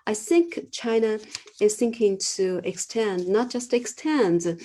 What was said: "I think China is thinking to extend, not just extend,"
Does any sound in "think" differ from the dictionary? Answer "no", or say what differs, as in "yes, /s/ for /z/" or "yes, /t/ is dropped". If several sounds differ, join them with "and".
no